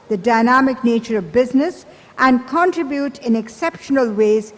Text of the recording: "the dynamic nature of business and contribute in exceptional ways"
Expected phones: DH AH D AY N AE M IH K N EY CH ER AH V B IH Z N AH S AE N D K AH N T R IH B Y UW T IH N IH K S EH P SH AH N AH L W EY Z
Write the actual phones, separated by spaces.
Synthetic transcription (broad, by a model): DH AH D AY N AE M IH K N EY CH ER AH V B IH Z N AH S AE N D K AH N T R IH B Y UW T IH N IH K S EH P SH AH N AH L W EY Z